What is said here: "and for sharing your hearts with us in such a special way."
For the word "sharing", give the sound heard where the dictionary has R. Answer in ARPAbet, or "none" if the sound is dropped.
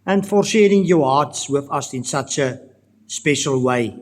R